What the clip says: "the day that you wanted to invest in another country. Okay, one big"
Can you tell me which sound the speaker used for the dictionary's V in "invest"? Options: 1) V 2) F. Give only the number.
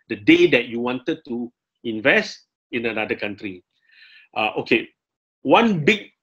1